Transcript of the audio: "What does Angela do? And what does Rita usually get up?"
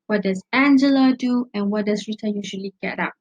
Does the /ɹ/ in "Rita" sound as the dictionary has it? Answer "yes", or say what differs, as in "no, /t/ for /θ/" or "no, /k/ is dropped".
yes